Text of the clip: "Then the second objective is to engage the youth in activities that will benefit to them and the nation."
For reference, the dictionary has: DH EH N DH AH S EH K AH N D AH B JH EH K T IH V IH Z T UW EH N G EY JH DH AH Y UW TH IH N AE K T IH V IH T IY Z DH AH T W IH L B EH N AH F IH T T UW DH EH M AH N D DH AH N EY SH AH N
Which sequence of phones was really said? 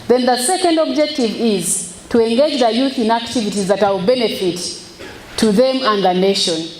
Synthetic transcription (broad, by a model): DH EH N DH AH S EH K AH N D AH B JH EH K T IH V IH Z T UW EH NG G EY JH DH AH Y UW TH IH N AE K T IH V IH T IY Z DH AH T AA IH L B EH N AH F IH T T UW DH EH M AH N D DH AH N EY SH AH N